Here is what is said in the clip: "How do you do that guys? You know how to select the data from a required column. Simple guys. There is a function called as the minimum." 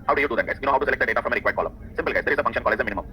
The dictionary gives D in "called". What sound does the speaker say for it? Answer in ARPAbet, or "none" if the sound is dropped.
none